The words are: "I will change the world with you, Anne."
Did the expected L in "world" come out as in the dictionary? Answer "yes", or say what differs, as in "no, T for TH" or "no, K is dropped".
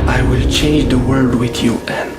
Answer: no, L is dropped